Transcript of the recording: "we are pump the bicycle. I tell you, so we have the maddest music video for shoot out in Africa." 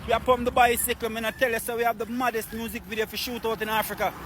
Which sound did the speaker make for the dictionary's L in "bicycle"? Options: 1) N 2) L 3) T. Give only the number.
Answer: 1